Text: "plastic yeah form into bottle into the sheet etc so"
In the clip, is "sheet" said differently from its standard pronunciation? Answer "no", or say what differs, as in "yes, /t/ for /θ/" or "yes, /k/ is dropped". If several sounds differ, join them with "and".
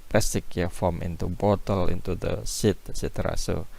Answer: yes, /s/ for /ʃ/